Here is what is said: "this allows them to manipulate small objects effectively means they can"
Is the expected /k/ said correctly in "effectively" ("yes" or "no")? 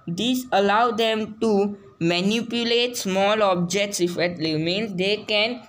no